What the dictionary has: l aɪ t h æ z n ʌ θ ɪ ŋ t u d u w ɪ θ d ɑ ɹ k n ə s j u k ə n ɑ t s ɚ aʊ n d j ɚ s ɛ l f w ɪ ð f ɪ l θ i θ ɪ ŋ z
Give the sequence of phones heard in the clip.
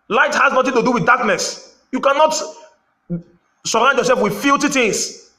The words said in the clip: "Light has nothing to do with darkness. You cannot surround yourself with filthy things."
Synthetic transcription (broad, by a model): l aɪ t h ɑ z n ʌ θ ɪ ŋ t u d u w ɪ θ d ɑ k n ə s j u k ə n ɑ t s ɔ aʊ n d j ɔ s ɛ l f w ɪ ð f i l t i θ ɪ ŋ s